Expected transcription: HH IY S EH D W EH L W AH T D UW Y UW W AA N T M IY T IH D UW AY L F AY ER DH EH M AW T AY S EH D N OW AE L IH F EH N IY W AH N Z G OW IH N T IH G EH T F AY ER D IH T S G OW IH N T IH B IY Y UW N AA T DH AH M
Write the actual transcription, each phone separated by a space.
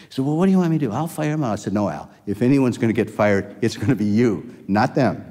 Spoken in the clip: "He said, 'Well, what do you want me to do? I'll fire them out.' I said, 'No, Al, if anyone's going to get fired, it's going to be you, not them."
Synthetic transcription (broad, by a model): S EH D W EH L W AH T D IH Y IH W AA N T M IY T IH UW AY L F AY ER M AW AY S EH D N OW AE L IH F EH N IY W AH N Z G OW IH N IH G EH T F AY ER D IH T S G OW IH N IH B IY Y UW N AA T DH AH M